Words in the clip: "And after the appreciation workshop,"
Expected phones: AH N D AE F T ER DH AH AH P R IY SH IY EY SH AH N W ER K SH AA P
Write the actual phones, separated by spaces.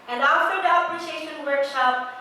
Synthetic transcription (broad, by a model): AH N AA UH T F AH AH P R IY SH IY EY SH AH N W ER K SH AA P